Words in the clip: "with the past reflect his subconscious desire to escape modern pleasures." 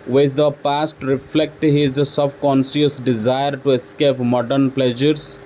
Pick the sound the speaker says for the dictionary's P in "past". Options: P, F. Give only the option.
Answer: P